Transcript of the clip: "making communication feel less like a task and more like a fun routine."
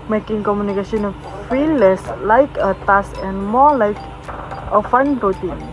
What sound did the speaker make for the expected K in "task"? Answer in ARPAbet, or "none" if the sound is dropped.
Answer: none